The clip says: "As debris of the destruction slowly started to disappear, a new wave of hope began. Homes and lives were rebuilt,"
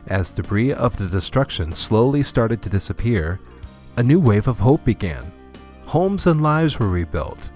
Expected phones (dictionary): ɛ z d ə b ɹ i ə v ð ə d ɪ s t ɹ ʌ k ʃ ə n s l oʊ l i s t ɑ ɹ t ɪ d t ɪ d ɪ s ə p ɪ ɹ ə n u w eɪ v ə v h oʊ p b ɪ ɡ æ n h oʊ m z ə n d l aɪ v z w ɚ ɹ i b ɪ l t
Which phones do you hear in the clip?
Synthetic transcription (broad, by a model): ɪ z d ə b ɹ i ə v ð ə d ɪ s t ɹ ʌ k ʃ ə n s l oʊ l i s t ɑ ɹ t ɪ d t ɪ d ɪ s ə p ɪ ɹ ə n u w eɪ v ə v h oʊ p b ɪ ɡ æ n h oʊ m z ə n l aɪ v z w ɚ ɹ i b ɪ l t